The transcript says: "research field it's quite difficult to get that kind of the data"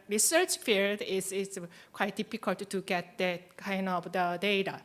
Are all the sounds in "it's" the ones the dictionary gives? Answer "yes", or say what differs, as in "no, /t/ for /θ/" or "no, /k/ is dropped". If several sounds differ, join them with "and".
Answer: no, /s/ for /t/